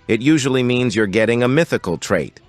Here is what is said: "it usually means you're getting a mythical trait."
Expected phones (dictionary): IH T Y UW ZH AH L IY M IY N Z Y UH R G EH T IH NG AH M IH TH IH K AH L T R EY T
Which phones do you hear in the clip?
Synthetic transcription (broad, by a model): IH T Y UW ZH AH L IY M IY N Z Y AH R G EH T IH NG AH M IH TH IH K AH L T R EY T